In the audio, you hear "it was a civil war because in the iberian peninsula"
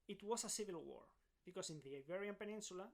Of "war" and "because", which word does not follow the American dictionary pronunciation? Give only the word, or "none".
because